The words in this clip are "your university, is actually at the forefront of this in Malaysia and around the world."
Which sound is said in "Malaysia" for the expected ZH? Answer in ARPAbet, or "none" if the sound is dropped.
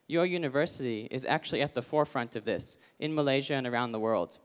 ZH